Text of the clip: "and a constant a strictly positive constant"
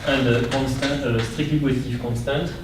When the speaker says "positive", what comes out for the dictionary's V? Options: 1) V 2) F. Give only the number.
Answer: 2